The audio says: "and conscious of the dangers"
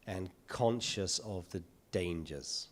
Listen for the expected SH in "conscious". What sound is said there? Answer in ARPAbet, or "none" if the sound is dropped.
SH